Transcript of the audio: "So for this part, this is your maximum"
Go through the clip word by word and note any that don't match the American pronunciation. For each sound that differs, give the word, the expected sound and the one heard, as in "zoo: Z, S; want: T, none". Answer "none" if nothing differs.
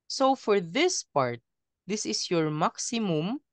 is: Z, S